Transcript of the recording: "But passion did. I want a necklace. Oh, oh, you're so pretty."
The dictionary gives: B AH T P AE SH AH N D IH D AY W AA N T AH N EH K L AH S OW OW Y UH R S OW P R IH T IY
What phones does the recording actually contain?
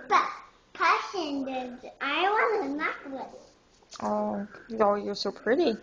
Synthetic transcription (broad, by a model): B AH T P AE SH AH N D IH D AY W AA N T AH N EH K W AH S OW OW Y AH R S OW P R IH T IY